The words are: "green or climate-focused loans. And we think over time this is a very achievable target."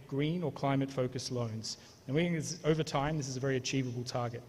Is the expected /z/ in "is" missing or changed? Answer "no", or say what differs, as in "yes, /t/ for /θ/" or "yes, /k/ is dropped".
no